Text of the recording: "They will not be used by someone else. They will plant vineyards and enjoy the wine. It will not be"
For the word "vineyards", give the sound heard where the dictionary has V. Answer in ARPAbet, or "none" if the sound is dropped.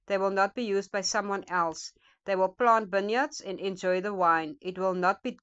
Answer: B